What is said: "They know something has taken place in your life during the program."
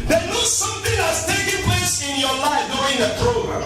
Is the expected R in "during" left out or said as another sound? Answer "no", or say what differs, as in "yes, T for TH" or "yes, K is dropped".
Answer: yes, R is dropped